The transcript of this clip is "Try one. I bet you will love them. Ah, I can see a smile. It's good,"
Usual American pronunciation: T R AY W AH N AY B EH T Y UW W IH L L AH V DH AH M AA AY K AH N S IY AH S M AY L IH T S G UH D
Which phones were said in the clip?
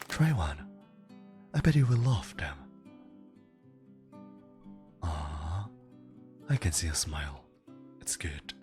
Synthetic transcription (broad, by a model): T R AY W AH N AY B EH T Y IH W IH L L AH F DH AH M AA AY K AH N S IY AH S M AY L IH T S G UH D